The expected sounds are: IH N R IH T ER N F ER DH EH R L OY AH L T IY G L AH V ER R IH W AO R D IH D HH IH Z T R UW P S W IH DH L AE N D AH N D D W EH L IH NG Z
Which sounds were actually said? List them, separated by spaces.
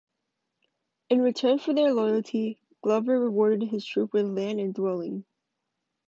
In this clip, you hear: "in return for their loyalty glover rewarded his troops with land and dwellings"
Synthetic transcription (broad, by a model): IH N R IH T ER N F ER DH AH R L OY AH L T IY G L AH V ER R IH W AO R D IH D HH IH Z T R UW P W IH DH L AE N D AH N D D W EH L IH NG